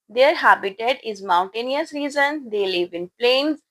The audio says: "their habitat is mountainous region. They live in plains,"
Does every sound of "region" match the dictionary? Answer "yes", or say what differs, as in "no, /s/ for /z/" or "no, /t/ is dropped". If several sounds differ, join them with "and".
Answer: no, /z/ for /dʒ/